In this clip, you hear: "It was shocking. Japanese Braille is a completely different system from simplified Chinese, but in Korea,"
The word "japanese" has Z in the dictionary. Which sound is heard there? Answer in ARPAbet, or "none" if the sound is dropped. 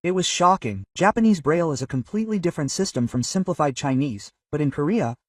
Z